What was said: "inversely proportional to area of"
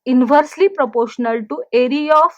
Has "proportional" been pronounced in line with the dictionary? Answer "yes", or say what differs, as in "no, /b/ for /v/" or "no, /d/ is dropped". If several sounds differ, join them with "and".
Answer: yes